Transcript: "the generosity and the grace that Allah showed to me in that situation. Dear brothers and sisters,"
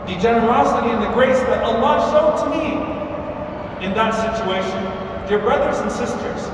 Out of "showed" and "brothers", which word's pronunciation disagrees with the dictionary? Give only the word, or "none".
none